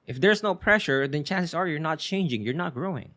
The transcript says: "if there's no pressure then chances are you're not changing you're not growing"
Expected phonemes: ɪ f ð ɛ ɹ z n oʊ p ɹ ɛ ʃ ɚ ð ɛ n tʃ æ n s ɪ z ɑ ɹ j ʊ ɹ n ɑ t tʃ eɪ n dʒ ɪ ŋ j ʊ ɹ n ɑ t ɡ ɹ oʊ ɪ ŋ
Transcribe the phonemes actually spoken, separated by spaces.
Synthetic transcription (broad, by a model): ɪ f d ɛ ɹ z n oʊ p ɹ ɛ ʃ ɚ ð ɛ n tʃ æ n s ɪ s ɑ ɹ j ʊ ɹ n ɑ t tʃ eɪ n dʒ ɪ ŋ j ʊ ɹ n ɑ t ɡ ɹ oʊ ɪ ŋ